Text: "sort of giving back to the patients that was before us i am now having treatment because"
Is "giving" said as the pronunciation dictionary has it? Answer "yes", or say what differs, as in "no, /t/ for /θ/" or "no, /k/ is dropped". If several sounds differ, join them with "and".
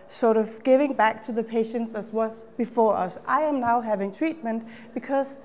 yes